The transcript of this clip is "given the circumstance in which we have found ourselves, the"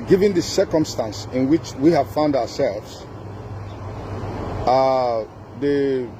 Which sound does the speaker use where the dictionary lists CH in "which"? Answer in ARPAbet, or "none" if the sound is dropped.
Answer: CH